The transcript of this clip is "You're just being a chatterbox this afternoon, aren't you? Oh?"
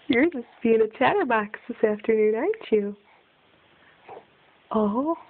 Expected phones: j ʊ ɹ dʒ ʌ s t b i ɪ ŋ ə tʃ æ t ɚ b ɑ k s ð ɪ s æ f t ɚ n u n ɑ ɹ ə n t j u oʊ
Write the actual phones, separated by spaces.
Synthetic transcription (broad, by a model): j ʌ ɹ dʒ ʌ s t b i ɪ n ə tʃ æ t ɚ b ɑ k s ð ɪ s æ f t ɚ n u n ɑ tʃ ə t oʊ